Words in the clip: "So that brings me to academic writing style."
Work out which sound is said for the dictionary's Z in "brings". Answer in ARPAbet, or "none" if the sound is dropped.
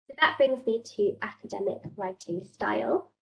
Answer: Z